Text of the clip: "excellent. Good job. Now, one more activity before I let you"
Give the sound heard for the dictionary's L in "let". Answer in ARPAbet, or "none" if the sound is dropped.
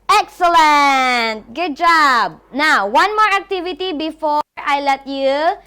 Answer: L